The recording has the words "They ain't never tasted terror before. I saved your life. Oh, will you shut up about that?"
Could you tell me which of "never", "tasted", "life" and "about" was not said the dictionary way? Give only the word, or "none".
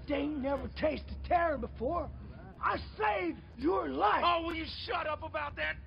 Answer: life